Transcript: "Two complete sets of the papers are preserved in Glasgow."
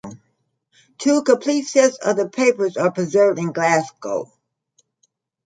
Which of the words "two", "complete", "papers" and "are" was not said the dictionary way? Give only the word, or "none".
complete